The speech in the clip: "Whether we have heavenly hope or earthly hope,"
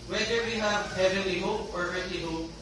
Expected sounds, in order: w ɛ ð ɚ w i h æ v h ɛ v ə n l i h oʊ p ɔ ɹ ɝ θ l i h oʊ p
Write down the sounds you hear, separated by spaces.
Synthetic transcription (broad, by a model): w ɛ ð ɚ w i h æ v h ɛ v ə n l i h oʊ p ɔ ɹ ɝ t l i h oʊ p